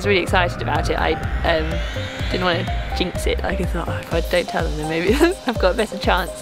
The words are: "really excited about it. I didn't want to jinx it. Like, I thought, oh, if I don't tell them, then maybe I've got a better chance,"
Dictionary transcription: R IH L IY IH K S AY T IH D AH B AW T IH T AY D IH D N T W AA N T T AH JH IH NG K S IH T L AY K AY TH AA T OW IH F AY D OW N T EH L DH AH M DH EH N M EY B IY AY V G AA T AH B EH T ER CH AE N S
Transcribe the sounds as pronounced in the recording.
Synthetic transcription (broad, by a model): R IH L IY IH K S AY T IH D AH B AW T IH T AY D IH D N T W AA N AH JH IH NG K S IH T L AY K AY TH AA T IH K AY D OW N T EH L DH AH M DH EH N M EY B IY AY V G AA T AH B EH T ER CH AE N S